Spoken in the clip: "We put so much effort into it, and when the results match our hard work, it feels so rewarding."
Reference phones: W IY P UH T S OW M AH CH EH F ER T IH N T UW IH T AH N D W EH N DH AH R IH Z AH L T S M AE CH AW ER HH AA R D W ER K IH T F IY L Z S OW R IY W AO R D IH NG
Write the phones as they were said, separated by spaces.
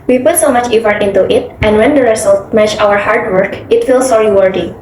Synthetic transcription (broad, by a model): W IY P UH T S OW M AH CH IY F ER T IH N T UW IH T AH N D W EH N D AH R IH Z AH L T M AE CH AW ER HH AA R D W ER K IH T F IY L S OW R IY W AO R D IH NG